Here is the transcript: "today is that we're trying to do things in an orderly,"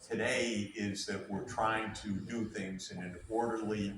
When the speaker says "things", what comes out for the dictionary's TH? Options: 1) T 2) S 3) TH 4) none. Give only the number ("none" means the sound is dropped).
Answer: 3